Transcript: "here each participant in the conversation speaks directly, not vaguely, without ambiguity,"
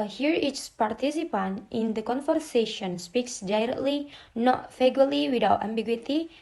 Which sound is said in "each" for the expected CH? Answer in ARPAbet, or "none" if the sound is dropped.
S